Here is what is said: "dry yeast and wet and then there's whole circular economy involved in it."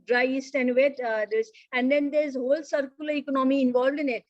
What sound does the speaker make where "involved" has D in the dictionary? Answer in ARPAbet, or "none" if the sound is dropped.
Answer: D